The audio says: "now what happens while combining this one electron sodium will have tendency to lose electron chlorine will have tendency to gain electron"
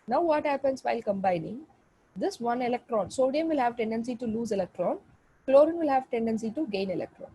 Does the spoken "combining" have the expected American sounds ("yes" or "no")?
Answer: yes